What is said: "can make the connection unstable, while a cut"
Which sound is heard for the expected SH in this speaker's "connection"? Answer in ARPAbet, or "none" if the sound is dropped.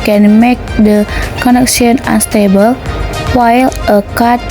S